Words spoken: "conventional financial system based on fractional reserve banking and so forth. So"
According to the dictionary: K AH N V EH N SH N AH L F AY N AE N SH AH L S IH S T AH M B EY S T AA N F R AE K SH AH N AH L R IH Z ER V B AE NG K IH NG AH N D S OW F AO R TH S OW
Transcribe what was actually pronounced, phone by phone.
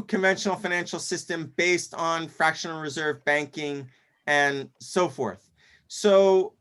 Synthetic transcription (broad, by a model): K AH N V EH N SH N L F AY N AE N SH L S IH S T AH M B EY S T N F R AE K SH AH N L R IH Z ER V B AE NG K IH NG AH N S OW F AO R TH S OW